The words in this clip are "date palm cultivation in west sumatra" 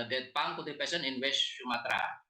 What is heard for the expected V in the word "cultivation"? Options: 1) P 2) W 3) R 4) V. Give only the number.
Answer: 1